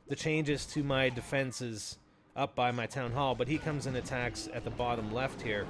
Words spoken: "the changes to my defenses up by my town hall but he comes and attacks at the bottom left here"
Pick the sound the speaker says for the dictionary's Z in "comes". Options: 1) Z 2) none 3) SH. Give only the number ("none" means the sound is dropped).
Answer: 1